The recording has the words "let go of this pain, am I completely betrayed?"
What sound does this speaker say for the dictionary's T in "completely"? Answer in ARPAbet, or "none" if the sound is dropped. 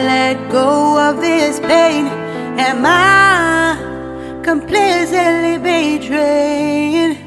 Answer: S